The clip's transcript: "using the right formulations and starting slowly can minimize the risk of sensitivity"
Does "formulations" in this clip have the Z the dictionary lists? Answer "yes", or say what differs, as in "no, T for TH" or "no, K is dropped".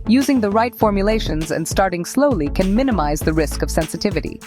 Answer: yes